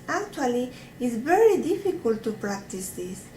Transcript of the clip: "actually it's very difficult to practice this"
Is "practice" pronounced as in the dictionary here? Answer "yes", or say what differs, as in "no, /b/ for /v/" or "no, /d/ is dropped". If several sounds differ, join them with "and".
yes